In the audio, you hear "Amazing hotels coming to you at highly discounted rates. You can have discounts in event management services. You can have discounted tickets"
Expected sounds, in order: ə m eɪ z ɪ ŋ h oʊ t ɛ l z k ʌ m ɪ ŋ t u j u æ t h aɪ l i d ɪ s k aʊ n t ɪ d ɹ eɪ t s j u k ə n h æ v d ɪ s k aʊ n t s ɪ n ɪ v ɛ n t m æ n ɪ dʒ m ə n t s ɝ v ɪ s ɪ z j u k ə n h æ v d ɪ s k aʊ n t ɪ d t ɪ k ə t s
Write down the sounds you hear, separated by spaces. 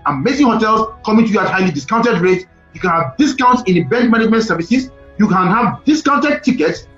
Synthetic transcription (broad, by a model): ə m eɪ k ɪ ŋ h oʊ t ɛ l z k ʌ m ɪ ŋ t u j u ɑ t h aɪ l i d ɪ s k aʊ n t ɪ d ɹ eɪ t j u k ə n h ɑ v d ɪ s k aʊ n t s ɪ n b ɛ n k m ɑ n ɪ dʒ m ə n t s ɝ v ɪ s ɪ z j u k ə n h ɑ v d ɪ s k aʊ n t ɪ d t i k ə t s